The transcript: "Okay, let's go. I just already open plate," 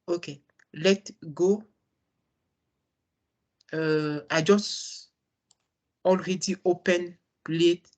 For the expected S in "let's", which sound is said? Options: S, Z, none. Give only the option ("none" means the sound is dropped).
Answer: none